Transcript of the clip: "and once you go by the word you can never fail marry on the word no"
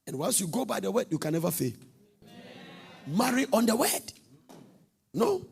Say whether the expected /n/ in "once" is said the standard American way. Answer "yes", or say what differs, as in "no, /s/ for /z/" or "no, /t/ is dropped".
no, /l/ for /n/